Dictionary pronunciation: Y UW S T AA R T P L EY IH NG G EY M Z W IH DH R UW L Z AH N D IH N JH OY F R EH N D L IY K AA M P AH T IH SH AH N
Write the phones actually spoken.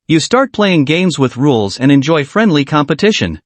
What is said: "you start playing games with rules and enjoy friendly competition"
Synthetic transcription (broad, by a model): Y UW S T AA R T P L EY IH NG G EY M Z W IH DH R UW L Z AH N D IH N JH OY F R EH N D L IY K AA M P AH T IH SH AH N